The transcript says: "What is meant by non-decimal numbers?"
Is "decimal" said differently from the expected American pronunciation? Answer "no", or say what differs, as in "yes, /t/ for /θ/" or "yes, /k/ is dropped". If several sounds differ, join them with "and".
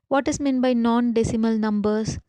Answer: no